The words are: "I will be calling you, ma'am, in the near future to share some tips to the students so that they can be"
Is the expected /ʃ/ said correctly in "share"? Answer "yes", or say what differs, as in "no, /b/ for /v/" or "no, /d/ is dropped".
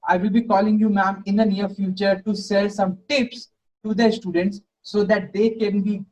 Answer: no, /s/ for /ʃ/